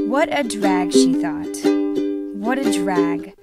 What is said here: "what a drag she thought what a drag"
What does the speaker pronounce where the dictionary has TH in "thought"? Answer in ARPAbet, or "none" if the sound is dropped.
TH